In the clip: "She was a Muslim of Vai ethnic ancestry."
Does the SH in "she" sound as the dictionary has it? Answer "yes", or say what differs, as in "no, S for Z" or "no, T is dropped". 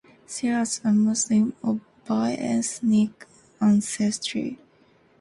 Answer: no, S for SH